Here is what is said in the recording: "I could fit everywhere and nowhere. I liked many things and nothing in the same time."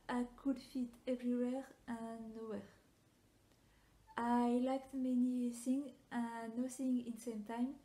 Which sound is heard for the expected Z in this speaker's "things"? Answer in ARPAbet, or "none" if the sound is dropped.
none